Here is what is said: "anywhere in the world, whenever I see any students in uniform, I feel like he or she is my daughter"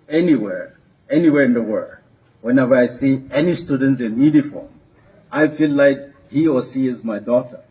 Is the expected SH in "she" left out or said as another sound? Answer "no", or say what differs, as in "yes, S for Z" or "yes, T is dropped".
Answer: yes, S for SH